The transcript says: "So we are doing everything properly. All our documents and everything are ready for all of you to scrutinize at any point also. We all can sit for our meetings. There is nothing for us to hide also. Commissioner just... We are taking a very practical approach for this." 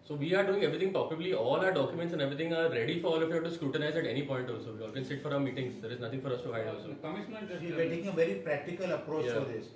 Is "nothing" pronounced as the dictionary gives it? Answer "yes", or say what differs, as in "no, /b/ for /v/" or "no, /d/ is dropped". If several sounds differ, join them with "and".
no, /t/ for /θ/